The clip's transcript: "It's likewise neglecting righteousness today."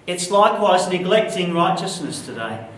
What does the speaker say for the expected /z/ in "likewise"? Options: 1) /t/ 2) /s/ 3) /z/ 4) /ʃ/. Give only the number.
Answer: 3